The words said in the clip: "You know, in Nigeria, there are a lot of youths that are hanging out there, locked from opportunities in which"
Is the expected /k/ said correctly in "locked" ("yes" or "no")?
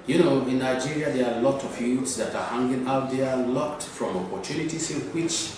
no